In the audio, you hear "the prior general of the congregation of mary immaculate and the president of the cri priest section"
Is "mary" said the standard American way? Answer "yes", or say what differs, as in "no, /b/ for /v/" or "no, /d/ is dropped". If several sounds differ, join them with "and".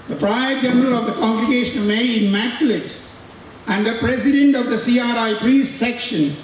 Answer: no, /ɹ/ is dropped